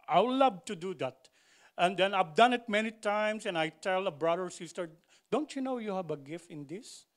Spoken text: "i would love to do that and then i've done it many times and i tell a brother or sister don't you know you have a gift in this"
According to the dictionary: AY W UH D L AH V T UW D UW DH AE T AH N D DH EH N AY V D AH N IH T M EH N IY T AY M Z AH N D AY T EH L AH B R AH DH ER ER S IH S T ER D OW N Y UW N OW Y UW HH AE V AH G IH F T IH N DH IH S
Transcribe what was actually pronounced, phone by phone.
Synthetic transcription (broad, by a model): AY L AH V T UW D UW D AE T AH N D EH N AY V D AH N IH T M EH N IY T AY M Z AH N AY T EH L AH B R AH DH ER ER S IH S T ER D OW N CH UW N OW Y UW HH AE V AH G IH F T IH N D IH S